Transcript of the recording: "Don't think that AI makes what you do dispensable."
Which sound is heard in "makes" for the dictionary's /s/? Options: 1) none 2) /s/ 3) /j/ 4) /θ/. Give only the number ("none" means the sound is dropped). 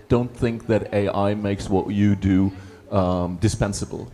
2